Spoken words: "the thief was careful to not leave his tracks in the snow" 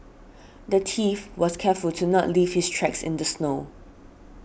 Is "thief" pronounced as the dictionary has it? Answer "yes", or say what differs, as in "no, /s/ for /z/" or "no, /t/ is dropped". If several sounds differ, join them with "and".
no, /t/ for /θ/